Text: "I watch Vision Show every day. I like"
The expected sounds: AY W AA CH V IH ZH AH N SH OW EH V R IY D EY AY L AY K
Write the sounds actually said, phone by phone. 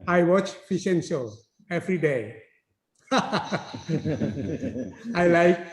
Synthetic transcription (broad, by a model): AY W AA CH F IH S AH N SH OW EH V R IY D EY AY L AY K